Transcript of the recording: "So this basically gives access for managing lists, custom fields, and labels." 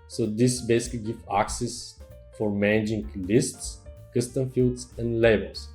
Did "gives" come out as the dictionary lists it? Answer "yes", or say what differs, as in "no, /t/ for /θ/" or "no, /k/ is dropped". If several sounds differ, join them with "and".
no, /z/ is dropped